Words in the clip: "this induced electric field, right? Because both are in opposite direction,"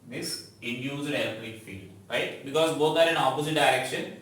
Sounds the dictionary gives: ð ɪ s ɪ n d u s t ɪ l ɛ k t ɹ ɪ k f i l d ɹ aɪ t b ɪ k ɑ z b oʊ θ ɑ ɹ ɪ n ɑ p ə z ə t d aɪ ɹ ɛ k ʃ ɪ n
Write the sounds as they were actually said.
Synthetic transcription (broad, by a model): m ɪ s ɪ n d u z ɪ n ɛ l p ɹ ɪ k f i l d ɹ aɪ t b ɪ k ɑ z b oʊ t ɑ ɹ ɪ n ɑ p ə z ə t d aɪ ɹ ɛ k ʃ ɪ n